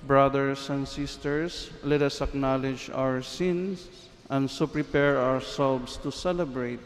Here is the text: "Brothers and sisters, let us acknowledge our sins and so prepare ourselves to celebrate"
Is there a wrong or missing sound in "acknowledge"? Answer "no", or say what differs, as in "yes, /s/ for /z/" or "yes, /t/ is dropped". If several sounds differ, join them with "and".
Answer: no